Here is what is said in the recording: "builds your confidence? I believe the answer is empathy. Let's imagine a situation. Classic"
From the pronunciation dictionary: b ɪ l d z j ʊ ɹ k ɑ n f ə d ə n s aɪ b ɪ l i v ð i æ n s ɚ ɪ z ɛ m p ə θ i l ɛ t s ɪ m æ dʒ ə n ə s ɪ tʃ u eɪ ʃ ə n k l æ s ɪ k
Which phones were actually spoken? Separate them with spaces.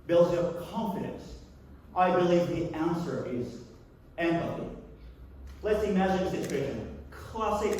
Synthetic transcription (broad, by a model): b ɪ l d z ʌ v k ɑ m f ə d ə n s aɪ b ɪ l i v ð i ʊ n s ɚ ɪ z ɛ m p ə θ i l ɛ t s ɪ m æ dʒ ə n ə s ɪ tʃ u eɪ ʃ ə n k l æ s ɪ k